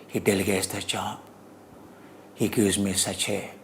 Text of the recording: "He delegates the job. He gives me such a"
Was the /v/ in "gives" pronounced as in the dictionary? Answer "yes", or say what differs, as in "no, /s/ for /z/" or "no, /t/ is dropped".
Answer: no, /v/ is dropped